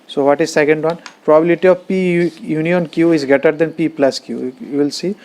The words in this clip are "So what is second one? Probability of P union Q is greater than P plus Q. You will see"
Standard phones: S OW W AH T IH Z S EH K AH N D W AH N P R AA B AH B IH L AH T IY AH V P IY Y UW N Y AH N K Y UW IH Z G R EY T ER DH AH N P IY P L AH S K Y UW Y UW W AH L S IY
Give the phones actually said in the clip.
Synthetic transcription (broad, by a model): S OW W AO T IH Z S EH K AH N D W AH N P R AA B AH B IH L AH T IY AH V P IY Y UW N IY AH N K Y UW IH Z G EY T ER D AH N P IY P L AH S K Y UW Y UW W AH L S IY